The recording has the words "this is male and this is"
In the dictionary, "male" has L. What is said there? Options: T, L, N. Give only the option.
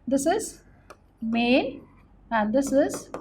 N